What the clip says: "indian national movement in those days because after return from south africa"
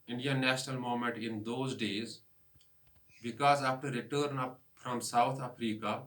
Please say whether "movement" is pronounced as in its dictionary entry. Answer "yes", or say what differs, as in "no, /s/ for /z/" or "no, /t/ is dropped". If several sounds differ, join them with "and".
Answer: no, /v/ is dropped